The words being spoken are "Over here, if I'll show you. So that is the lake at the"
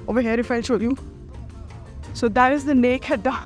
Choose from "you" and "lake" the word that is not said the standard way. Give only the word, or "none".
lake